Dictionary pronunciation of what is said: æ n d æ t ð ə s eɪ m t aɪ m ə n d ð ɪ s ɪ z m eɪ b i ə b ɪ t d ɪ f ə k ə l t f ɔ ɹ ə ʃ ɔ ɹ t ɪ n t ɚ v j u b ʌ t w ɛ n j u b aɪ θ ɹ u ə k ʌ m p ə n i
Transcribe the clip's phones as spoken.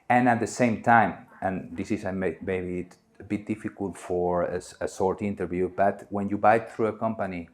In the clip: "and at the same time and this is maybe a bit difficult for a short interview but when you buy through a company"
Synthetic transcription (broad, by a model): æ n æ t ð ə s eɪ m t aɪ m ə n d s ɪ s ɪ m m eɪ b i ə b ɪ t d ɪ f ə k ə l t f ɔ ɹ ə s ɔ ɹ t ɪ n t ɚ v j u b ʌ t w ɛ n j u b aɪ θ ɹ u ə k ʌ m p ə n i